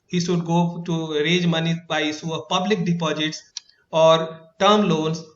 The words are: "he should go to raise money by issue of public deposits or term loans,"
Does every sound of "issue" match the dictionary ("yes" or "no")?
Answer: no